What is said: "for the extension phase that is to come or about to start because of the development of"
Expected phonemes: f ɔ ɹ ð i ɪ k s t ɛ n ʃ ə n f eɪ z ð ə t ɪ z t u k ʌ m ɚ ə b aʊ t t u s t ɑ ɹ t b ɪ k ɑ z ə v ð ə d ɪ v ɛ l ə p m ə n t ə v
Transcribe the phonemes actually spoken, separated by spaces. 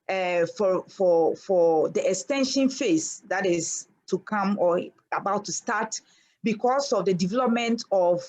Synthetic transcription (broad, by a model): f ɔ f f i ɪ k s t ɛ n ʃ ə n f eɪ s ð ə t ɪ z t u k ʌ m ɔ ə b aʊ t t u s t ɑ t b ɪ k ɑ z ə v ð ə d ɪ v ɛ l ə p m ə n t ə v